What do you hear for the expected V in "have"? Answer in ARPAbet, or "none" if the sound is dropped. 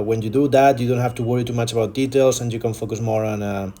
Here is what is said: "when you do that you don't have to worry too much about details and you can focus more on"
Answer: F